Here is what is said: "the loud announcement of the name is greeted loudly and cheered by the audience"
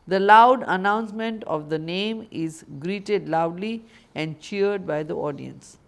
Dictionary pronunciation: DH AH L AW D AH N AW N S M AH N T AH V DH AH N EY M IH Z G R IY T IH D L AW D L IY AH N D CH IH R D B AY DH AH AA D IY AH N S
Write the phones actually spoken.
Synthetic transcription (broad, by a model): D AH L AW D AH N AW N S M AH N T AH V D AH N EY M IH Z G R IY T IH D L AW D L IY AH N D CH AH R D B AY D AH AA D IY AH N S